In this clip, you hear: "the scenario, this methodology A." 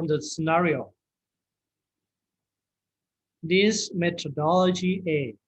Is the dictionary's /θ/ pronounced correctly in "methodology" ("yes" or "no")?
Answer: no